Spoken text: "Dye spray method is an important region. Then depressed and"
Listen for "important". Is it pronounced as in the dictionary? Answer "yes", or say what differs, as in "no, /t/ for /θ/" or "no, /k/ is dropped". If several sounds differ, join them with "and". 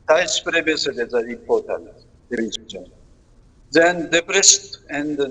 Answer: no, /m/ is dropped